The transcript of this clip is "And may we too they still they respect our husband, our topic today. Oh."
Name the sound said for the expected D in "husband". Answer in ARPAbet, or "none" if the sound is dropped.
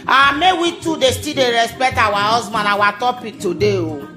none